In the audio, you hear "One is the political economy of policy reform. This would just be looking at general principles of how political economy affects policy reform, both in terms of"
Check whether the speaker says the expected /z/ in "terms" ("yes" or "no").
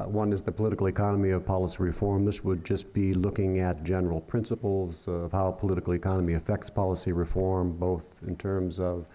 yes